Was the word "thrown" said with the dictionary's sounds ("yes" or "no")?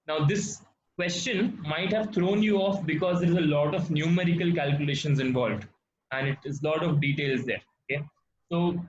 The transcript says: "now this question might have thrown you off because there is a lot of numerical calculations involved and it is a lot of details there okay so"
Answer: no